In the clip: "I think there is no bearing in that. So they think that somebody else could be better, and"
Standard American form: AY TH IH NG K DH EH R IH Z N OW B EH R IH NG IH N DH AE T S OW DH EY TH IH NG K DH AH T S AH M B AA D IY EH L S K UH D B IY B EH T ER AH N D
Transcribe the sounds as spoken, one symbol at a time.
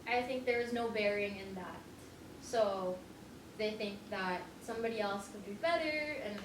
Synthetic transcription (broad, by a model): AY TH IH NG K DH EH R IH Z N OW B EH R IH NG IH N DH AE T S OW DH EY TH IH NG K DH AH T S AH M B AA D IY EH L S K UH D B IY B EH T ER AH N